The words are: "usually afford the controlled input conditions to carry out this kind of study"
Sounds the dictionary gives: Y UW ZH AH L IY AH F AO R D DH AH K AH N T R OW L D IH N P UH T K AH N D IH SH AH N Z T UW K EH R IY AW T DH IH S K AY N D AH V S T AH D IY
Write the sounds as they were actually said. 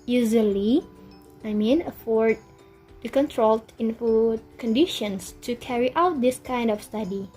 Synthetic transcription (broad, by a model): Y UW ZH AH L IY AH F AO R D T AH K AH N T R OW L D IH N F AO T K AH N D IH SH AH N S T UW K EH R IY AW T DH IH S K AY N D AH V S T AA D IY